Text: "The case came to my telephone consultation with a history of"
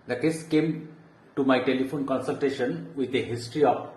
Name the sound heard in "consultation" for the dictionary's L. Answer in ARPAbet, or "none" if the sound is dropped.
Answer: L